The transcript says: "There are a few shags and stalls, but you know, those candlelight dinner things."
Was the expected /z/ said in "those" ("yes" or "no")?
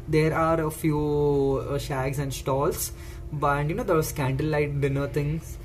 no